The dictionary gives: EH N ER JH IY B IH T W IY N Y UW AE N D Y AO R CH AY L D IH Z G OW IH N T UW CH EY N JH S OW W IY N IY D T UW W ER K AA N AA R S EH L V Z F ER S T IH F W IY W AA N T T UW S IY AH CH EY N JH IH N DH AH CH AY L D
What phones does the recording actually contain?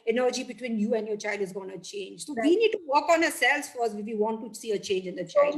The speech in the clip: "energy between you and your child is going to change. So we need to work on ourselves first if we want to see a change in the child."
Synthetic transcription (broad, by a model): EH N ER JH IY B IH T W IY N Y UW AE N D Y AO R CH AY L D IH Z G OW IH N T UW CH EY N JH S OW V IY N IY D T UW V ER K AA N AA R S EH L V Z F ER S IH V IY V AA N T T UW S IY AH CH EY N JH IH N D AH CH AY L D